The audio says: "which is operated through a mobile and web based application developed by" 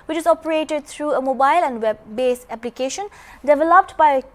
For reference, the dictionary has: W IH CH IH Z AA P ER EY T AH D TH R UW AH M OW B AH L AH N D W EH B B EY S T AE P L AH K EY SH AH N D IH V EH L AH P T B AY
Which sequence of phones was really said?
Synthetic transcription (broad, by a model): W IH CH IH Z AA P ER EY T AH D T R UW AH M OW B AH L AH N D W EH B B EY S AE P L AH K EY SH AH N D IH V EH L AH P T B AY